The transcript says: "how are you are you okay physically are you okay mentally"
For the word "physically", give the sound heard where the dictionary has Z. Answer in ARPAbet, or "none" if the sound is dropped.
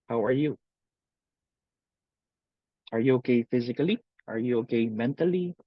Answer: Z